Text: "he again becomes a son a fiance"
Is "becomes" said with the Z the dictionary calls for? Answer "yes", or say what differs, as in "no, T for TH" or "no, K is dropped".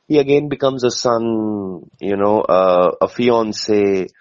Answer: yes